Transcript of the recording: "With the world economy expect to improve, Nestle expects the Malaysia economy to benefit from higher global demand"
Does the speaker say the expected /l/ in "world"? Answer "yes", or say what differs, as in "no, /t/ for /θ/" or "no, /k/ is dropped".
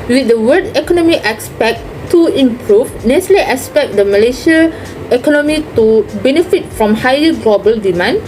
no, /l/ is dropped